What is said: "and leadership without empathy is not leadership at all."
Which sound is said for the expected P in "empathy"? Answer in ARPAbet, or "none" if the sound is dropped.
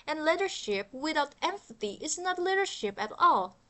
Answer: F